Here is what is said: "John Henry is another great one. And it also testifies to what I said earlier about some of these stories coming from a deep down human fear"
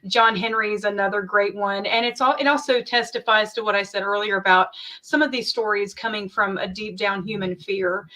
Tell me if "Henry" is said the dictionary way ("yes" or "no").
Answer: yes